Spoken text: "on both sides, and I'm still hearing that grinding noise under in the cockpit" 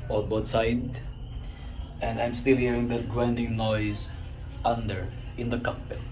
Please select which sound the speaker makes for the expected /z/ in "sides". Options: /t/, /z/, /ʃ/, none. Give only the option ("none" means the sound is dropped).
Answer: none